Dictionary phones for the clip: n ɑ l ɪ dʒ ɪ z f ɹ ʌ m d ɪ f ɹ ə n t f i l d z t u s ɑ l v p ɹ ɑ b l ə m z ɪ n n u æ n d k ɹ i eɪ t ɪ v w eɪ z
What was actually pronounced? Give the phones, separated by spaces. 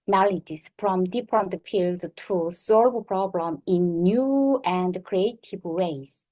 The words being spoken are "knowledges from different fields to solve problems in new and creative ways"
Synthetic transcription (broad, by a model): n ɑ l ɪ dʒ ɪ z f ɹ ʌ m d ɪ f ɹ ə n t p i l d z t u s ɑ l v p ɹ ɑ b l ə m ɪ n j u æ n d k ɹ i eɪ t ɪ v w eɪ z